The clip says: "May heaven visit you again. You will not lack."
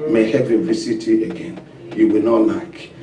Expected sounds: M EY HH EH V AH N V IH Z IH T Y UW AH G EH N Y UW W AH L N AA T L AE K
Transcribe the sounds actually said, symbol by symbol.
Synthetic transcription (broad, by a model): M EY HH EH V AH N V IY S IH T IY AH G EH N Y UW W AH L N AA T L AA K